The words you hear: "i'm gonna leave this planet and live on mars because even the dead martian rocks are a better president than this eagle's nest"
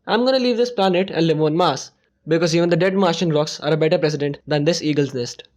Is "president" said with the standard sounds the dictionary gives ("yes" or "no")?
no